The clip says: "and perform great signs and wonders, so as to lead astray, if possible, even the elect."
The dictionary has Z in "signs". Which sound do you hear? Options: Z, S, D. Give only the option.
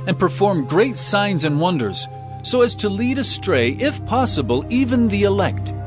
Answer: Z